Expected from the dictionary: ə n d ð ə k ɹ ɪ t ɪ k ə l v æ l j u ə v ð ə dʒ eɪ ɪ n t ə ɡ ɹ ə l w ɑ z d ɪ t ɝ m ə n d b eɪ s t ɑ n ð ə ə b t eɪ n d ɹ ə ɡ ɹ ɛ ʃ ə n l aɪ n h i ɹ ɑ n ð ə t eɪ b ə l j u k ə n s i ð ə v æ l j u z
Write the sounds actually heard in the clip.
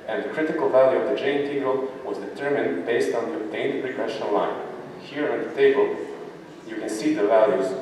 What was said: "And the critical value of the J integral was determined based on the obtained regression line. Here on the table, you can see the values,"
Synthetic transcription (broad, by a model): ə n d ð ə k ɹ ɪ t ɪ k ə l v æ l j u ə v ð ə dʒ eɪ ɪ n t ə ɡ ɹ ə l w ɑ z d ɪ t ɝ m ə n d b eɪ s t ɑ n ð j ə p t eɪ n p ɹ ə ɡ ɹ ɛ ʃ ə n l aɪ n h i ɹ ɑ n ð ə t eɪ b ə l j u k ə n s i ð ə v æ l j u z